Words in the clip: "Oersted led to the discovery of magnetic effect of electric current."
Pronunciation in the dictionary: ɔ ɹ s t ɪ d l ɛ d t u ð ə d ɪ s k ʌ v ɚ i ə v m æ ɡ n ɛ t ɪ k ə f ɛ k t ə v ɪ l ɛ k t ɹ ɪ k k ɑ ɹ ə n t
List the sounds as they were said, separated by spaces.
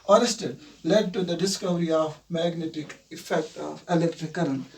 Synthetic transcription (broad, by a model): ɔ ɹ s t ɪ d l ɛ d t u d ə d ɪ s k ʌ v ɚ i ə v m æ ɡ n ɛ t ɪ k ə f ɛ k t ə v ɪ l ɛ k t ɹ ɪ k k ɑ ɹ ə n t